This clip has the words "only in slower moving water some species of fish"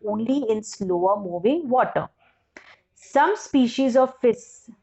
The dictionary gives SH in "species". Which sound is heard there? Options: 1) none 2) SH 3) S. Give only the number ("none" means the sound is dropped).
2